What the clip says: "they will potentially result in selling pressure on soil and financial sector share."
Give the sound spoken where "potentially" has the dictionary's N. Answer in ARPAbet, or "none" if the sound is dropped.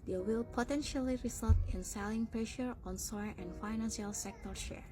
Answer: N